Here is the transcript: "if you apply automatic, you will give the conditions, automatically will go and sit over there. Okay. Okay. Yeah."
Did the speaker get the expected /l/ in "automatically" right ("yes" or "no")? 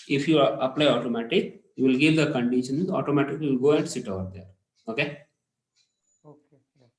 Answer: no